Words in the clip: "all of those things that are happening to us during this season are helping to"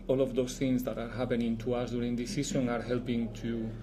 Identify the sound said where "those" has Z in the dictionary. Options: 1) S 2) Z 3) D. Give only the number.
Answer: 1